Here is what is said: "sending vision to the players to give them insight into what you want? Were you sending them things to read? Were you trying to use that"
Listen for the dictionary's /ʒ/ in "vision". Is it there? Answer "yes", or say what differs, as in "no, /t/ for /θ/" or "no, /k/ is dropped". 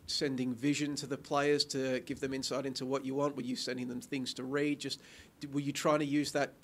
yes